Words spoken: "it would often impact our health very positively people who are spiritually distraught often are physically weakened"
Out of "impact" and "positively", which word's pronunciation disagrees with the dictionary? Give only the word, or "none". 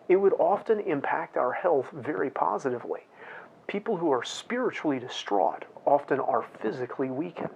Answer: none